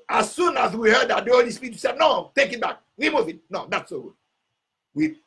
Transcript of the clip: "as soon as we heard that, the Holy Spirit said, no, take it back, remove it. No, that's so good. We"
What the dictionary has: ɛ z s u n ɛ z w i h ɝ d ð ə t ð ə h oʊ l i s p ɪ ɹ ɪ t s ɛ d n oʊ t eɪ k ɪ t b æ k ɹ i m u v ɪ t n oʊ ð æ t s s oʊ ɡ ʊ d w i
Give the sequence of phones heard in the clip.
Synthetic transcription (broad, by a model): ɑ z s u n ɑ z w i h ɝ d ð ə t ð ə h oʊ l i s p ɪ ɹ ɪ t s ɛ d n oʊ t eɪ k ɪ t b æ k w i m u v ɪ t n oʊ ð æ t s s oʊ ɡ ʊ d w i